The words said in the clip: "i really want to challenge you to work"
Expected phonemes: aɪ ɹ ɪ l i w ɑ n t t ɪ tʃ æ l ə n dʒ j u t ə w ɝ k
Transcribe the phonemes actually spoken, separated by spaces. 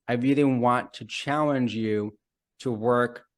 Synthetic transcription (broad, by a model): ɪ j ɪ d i w ɑ n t t ɪ tʃ æ l ə n dʒ j u t ə w ɝ k